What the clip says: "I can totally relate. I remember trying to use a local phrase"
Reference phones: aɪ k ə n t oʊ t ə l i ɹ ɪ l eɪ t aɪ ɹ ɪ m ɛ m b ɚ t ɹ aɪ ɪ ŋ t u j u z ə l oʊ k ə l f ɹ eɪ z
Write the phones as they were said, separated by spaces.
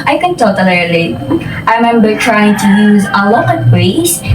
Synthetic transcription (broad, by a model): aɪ k ə n t oʊ t ə l i l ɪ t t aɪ ɹ ɪ m ɛ m b ɚ t ɹ aɪ ɪ ŋ t u j u z ə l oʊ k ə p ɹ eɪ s